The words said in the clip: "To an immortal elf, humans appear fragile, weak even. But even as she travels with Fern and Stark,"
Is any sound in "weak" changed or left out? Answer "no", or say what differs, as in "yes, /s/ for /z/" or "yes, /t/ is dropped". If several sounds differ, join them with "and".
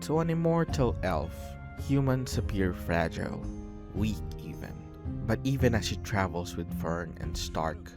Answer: no